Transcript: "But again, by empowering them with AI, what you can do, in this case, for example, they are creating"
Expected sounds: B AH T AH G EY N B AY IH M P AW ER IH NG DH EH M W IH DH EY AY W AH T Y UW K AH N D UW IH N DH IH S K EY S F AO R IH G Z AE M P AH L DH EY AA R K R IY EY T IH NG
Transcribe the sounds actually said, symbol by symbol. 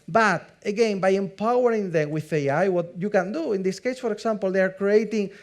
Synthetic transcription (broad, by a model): B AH T AH G EY N B AY IH M P AW ER IH NG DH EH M W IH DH EY AY W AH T Y UW K AH N D UW IH N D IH S K EY S F AO R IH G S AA M P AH L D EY AA R K R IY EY T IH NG